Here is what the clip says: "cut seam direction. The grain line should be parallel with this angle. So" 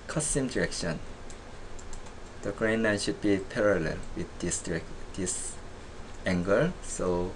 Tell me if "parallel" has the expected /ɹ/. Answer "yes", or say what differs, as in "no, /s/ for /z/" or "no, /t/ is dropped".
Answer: yes